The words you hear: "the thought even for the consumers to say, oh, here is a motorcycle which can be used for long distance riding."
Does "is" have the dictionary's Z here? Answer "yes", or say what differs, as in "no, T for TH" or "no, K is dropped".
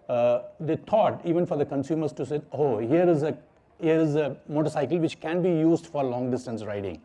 yes